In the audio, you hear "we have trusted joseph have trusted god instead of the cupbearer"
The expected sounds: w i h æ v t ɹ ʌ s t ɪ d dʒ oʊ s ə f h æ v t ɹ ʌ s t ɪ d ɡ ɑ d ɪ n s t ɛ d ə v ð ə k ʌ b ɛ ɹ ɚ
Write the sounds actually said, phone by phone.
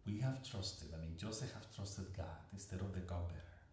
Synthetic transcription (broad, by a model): w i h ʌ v t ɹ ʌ s t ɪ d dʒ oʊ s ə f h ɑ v t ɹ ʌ s t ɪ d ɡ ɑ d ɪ s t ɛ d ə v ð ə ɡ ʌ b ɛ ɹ